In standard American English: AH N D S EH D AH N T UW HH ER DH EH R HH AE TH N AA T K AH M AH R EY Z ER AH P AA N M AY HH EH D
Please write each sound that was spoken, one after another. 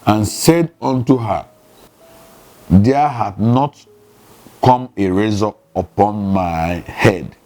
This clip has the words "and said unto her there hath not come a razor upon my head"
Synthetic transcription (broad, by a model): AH N S EH D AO N T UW HH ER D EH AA HH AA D N AA T K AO M AH R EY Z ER AH P AA N M AY HH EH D